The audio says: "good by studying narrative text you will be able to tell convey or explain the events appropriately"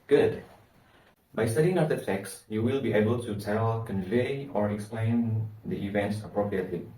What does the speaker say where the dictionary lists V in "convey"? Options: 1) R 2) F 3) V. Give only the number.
3